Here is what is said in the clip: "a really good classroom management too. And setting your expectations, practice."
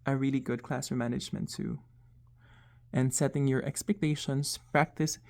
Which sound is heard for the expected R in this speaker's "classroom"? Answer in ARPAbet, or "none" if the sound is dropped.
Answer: none